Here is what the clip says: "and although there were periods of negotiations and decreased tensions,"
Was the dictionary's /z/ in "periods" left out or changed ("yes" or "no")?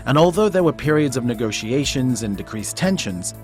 no